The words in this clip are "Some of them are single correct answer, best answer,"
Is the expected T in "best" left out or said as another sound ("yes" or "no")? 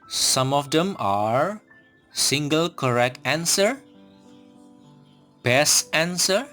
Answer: yes